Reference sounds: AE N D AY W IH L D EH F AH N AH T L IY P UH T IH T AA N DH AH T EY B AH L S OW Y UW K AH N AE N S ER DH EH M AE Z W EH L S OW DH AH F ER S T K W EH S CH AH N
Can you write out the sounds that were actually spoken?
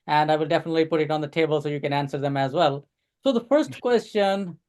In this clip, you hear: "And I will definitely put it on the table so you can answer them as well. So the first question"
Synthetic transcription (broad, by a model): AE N D AY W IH L D EH F AH N AH T L IY P UH T IH T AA N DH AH T EY B AH L S OW Y UW K AH N AE N S ER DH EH M AE Z W EH L S OW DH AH F ER S T K W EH S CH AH N